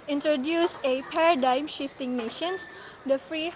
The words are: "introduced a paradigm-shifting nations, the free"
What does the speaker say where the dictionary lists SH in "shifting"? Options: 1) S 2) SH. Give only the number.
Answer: 2